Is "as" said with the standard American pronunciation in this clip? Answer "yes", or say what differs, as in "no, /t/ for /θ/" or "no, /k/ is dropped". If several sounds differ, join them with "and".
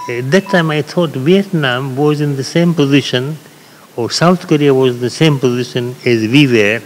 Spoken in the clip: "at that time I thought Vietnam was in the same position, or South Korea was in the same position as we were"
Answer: yes